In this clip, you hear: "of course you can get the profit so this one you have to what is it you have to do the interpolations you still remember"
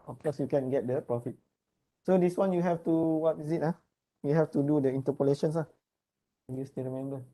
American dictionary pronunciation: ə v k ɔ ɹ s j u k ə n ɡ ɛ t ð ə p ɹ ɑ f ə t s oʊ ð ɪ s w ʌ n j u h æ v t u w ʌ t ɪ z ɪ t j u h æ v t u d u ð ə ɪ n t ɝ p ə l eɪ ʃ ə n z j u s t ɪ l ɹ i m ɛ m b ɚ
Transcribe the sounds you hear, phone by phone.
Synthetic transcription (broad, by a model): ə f k ɔ s j u k ə n ɡ ɛ t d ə p ɑ f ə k s oʊ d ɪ s w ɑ n j u h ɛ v t u w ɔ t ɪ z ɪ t j u h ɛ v t u d u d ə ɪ n t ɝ p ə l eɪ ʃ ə n s j u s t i ɹ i m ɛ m b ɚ